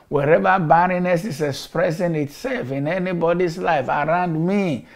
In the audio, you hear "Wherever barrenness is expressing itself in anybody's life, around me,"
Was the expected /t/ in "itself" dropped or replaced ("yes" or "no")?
no